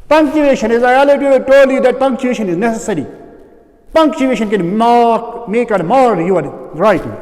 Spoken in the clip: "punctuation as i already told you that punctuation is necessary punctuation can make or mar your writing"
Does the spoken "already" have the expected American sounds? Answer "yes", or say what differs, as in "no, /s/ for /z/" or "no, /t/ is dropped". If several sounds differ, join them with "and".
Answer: no, /ɹ/ is dropped